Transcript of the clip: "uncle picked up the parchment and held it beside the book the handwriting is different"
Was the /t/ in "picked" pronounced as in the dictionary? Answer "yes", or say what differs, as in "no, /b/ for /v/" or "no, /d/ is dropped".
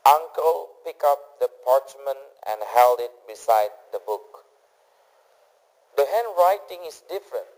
no, /t/ is dropped